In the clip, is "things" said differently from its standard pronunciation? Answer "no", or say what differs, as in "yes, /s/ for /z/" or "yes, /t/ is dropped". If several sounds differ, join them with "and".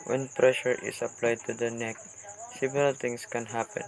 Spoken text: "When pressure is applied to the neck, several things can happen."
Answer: yes, /t/ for /θ/ and /s/ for /z/